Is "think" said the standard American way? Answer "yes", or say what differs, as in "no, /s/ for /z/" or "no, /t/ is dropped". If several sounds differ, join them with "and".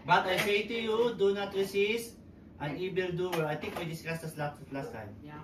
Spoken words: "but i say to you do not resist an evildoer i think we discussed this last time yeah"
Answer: no, /t/ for /θ/